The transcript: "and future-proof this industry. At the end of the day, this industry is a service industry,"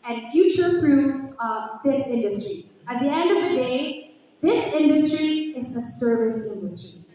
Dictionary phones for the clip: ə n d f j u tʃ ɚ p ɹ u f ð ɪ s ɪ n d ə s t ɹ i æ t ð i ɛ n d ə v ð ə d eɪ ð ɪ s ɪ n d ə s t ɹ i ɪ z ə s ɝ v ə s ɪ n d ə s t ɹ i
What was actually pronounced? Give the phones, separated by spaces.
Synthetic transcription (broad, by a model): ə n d f j u tʃ ɚ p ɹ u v ð ɪ s ɪ n d ə s t ɹ i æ t ð i ɛ n d ə v ð ə d eɪ ð ɪ s ɪ n d ə s t ɹ i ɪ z ə s ɝ v ə s ɪ n d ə s t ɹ i